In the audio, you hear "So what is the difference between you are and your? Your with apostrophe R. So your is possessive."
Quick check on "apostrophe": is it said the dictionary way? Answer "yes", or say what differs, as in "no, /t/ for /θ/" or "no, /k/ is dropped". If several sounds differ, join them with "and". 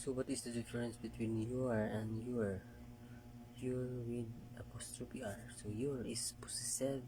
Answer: no, /p/ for /f/